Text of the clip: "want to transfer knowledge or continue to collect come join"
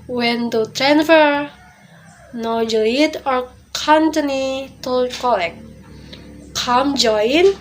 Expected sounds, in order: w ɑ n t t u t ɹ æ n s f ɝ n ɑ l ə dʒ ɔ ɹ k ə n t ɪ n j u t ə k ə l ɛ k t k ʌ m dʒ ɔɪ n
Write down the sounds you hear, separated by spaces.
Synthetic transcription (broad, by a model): w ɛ n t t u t ɹ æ n f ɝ n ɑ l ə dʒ ɔ ɹ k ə n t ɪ n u t ə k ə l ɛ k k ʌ m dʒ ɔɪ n